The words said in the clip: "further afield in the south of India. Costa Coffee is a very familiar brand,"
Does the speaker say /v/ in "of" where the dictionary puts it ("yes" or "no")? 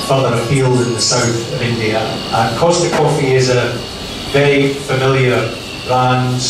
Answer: yes